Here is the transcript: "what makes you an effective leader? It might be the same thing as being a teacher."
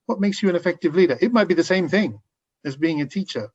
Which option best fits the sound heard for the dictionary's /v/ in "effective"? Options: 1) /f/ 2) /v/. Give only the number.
2